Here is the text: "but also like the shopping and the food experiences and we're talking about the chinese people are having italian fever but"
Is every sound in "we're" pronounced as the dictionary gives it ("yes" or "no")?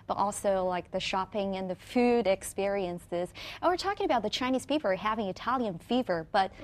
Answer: yes